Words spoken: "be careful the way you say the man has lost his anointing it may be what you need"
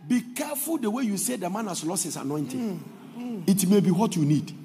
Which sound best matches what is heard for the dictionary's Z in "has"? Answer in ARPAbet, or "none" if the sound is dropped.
S